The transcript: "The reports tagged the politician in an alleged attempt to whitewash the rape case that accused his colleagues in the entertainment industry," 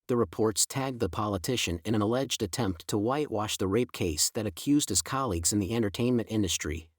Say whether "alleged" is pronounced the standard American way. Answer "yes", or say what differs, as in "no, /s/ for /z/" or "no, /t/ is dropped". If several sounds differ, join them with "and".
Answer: yes